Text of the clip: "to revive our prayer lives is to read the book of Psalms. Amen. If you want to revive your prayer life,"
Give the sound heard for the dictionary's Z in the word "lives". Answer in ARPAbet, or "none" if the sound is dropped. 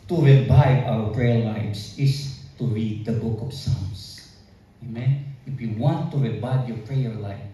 S